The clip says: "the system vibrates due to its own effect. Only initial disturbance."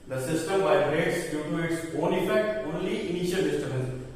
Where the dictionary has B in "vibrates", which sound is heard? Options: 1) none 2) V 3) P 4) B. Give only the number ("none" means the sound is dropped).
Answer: 1